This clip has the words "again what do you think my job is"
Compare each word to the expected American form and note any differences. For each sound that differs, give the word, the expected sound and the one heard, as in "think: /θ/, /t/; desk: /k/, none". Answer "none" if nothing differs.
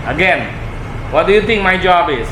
think: /θ/, /t/